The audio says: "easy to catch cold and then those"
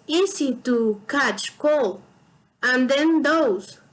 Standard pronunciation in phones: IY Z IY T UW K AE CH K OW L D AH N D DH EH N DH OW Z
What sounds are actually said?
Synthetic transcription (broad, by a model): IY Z IY T UW K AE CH K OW L AH N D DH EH N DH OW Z